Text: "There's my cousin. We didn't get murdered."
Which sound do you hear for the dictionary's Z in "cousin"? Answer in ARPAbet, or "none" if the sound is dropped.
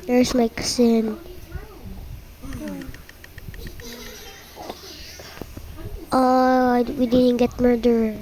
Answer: S